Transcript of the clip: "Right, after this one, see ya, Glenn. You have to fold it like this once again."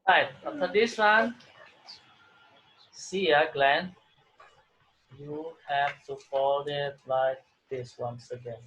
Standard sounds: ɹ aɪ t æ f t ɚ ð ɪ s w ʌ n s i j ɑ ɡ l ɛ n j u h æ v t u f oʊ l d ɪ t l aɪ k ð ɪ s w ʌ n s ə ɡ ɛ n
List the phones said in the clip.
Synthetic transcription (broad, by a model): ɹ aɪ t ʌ t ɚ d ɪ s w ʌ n s i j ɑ ɡ l ɛ n j u h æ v t u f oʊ l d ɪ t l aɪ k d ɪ s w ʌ n s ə ɡ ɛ n